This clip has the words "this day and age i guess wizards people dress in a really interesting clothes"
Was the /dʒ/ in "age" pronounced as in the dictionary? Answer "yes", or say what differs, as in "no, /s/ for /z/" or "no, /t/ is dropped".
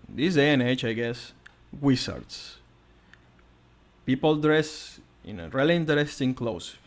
no, /tʃ/ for /dʒ/